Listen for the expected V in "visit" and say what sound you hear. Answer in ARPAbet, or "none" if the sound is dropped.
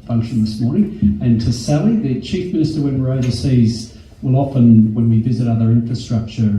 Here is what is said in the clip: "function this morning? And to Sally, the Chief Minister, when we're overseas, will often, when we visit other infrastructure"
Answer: V